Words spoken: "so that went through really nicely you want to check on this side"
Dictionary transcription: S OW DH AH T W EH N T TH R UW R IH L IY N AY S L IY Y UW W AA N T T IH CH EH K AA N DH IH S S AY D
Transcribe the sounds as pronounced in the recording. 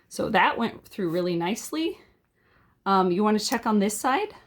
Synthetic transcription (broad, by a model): S OW DH AH T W EH N T TH R UW R IH L IY N AY S L IY Y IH W AA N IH CH EH K N DH IH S S AY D